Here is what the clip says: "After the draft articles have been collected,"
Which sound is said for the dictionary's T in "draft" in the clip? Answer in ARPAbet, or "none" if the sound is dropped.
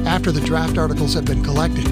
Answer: T